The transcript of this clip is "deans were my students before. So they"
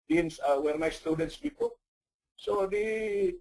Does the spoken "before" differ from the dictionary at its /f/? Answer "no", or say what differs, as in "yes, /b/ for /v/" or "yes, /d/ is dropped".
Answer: yes, /p/ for /f/